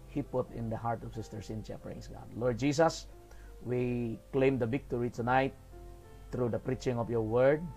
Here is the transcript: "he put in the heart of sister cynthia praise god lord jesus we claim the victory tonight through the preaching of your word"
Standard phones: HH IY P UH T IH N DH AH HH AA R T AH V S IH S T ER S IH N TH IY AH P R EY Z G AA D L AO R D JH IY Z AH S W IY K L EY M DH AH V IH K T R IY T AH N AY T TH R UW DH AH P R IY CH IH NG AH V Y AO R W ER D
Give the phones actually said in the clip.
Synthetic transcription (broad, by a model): HH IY P UH T IH N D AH HH AA R T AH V S IH S T ER S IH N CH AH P R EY S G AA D L AO R D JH IY S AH S W IY K L EY M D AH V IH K T R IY T AH N AY T R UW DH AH P R IY CH IH NG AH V Y AO R W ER D